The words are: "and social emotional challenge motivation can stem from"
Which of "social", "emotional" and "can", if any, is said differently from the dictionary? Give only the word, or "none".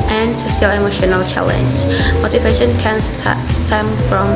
social